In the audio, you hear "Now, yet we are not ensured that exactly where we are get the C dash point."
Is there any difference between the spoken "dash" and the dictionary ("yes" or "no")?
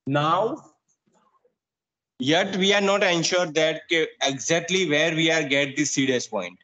yes